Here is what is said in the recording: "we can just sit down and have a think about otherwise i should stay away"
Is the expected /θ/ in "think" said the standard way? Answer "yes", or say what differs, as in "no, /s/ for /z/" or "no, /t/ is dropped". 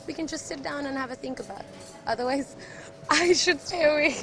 yes